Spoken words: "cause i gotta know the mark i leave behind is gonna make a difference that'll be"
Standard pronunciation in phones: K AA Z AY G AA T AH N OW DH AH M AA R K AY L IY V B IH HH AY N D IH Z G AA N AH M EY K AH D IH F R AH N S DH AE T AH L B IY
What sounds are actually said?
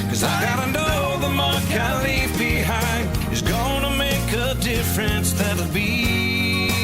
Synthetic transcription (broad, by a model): K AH Z AY G AA T AH N OW DH AH M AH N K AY L IY V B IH HH AY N IH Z G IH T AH M EY K AH D IH F R AH N S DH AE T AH B IY